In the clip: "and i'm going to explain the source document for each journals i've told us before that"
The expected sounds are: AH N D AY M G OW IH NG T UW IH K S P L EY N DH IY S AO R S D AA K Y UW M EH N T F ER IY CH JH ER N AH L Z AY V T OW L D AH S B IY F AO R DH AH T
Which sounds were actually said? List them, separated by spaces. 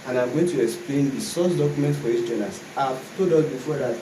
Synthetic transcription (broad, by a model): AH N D AY M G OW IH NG T UW IH K S P L EY N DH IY S AO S D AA K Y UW M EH N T F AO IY S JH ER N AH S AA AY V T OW D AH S B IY F AO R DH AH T